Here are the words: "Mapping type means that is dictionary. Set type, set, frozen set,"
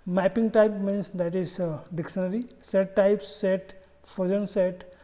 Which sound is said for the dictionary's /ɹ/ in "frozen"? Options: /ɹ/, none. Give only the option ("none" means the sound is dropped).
none